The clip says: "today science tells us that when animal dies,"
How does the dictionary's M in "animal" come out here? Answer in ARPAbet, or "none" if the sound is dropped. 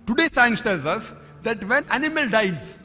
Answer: M